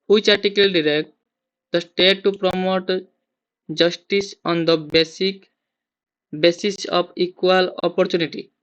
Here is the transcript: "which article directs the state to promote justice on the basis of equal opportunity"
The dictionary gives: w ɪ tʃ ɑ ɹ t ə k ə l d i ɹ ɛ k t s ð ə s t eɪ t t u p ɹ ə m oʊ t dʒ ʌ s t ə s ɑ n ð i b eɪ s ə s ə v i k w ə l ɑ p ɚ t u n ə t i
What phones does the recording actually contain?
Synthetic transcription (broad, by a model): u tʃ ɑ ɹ t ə k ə l d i ɹ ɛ k t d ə s t eɪ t t u p ɹ ə m oʊ t dʒ ʌ s t ə s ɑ n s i b eɪ s ə s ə p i k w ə l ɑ p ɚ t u n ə t i